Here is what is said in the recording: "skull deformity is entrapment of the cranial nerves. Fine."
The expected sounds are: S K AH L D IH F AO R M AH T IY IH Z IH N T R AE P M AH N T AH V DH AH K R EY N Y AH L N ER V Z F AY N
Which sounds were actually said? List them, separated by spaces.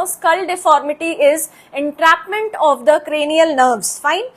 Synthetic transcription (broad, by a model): S K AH L D IH F AO R M AH T IY IH Z IH N T R AE P M AH N T AH V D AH K R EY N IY AH L N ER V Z F AY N